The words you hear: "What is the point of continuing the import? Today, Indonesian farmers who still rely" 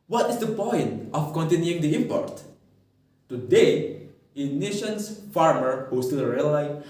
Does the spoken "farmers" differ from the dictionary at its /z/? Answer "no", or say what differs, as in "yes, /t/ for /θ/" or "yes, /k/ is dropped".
yes, /z/ is dropped